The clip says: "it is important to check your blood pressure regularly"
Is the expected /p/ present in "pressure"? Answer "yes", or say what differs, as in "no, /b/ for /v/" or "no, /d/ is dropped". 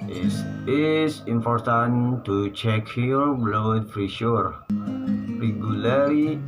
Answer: no, /f/ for /p/